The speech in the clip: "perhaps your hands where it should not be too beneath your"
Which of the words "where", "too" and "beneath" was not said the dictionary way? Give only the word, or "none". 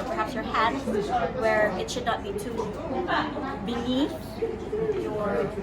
beneath